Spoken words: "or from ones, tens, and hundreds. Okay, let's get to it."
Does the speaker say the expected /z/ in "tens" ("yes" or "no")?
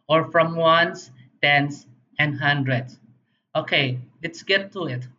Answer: no